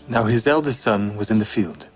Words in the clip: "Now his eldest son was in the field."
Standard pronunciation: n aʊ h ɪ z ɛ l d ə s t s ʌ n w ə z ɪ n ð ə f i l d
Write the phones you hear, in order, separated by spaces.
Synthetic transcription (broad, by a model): n aʊ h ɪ z ɛ l d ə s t s ʌ n w ə z ɪ n ð ə f i l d